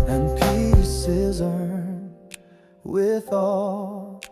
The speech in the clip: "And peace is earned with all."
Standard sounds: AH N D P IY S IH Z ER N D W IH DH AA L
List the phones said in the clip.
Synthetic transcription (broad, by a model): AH N P IY S IH Z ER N W IH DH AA L